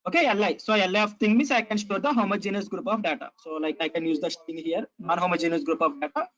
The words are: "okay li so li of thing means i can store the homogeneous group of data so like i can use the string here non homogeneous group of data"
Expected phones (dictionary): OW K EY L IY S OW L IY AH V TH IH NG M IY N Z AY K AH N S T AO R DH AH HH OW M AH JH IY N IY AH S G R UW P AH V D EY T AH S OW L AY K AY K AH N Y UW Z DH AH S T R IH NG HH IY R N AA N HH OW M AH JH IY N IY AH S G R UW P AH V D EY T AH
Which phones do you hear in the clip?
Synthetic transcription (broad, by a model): OW K EY L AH S OW L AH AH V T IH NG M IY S AY K AH N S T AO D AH HH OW M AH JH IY N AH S G R UW P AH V D EY T AH S OW L AY K AY K AH N Y UW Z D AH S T IH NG HH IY R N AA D HH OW M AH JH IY N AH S G R UW P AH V D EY T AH